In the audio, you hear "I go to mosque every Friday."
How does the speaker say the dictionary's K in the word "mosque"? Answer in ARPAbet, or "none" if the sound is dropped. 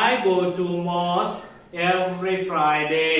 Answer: none